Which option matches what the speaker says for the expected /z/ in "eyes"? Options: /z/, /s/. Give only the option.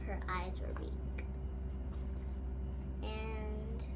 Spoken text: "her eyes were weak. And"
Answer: /z/